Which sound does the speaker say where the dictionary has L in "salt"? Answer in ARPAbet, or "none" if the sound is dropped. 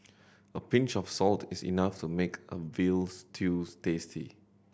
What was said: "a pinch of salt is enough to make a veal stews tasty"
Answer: L